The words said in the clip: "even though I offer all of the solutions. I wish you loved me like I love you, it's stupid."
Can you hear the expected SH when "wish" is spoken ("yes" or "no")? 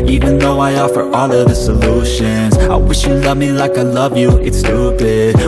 yes